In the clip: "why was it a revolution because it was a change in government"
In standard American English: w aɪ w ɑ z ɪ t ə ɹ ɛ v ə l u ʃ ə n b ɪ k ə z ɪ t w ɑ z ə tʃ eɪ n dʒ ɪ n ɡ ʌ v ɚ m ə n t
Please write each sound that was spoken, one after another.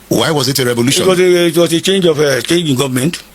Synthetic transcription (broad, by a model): w aɪ w ɑ z ɪ t ə ɹ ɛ v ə l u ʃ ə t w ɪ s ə ɪ t w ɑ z ə tʃ eɪ n dʒ ɪ n ɡ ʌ v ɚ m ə n t